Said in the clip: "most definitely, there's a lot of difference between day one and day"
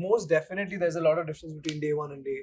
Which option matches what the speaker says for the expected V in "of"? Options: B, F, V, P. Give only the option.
V